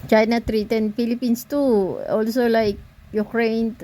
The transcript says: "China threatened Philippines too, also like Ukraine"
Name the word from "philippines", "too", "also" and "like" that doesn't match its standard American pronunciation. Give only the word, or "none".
philippines